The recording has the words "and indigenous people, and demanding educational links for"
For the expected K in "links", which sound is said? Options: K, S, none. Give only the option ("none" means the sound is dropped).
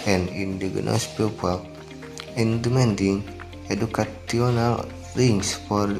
none